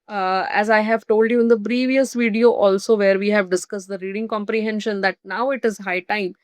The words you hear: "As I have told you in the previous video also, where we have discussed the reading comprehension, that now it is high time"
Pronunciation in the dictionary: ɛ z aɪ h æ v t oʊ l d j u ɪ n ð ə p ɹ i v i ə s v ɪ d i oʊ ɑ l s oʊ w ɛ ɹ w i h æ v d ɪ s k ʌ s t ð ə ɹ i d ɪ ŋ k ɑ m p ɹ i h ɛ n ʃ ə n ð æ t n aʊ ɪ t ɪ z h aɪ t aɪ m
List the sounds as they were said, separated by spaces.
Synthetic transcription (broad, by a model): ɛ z aɪ h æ v t oʊ l d j u ɪ n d ə p ɹ i v i ə s v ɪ d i oʊ ɑ l s oʊ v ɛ ɹ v i h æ v d ɪ s k ʌ s t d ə ɹ i d ɪ ŋ k ɑ m p ɹ i h ɛ n ʃ ə n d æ t n aʊ ɪ t ɪ z h aɪ t aɪ m